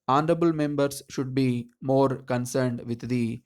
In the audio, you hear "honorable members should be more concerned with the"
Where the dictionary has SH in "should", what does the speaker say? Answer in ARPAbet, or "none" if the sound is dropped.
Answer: SH